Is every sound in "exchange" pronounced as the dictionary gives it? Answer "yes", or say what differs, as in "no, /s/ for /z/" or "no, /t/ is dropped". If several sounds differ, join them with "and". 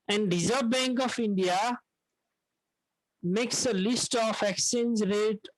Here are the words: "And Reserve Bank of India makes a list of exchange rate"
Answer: no, /tʃ/ is dropped